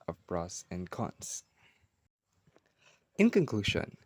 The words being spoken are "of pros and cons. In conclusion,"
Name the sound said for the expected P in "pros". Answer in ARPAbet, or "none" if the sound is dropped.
B